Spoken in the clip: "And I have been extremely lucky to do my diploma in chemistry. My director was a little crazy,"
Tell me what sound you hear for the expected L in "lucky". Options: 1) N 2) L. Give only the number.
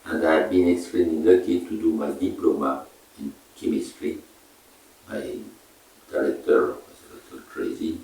1